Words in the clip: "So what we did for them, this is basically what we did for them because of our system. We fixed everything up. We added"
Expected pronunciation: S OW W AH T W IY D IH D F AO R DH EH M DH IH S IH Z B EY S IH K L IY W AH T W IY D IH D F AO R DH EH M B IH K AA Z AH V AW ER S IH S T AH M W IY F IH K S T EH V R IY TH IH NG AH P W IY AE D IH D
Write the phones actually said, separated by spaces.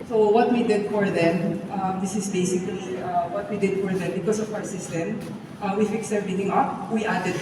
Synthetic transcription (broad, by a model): S OW W AH T W IY D IH D F AO R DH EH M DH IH S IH S B EY S IH K L IY W AH T W IY D IH D F AO R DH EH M B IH K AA S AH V AW ER S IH S T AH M W IY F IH K S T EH R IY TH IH NG AH P W IY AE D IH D